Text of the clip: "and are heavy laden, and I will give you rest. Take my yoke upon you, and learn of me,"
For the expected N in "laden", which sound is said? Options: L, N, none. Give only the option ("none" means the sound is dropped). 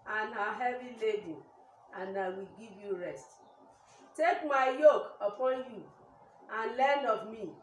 none